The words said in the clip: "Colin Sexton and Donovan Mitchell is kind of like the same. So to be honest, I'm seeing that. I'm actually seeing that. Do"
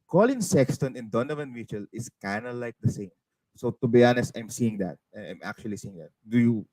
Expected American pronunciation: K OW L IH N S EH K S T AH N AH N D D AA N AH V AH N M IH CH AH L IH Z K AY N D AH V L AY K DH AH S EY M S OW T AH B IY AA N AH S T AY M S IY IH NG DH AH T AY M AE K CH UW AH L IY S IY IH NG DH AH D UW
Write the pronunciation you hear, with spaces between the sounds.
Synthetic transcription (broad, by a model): K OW L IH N S EH K S T AH N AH N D D AA N AH V AH N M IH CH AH L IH S K AY N D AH L AY K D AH S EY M S OW T AH B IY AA N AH S AY M S IY IH NG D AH T AY M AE K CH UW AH L IY S IY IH NG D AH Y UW